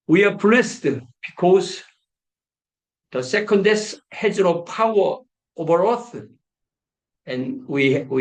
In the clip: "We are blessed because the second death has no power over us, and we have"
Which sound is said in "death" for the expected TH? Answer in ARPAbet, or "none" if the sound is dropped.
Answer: S